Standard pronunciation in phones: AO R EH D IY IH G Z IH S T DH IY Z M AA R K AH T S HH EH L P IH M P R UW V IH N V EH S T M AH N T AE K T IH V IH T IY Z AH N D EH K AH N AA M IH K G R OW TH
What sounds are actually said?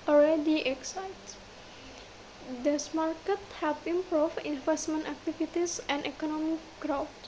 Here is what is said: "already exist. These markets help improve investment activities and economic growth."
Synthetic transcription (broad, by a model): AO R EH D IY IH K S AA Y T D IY S M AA R K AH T HH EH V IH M P R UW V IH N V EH S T M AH N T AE K T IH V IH T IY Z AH N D EH K AH N AA M IH K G R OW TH